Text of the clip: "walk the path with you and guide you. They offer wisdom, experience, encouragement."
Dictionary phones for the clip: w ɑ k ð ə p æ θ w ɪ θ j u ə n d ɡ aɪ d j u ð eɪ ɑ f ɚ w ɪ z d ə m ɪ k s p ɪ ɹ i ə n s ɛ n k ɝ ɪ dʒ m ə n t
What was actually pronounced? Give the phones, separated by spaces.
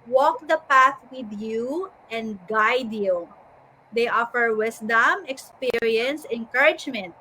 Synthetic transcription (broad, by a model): w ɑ k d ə p æ θ w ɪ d j u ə n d ɡ aɪ d j u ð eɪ ɑ f ɚ w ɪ s d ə m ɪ k s p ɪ ɹ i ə n s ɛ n k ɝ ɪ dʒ m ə n t